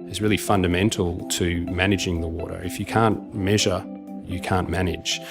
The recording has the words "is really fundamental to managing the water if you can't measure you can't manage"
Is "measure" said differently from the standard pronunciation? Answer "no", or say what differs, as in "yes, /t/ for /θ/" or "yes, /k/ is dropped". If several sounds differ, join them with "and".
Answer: no